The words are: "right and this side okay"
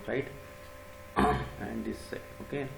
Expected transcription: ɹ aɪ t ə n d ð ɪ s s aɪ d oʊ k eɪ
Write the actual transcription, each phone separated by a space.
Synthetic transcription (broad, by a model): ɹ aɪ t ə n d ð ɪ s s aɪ oʊ k eɪ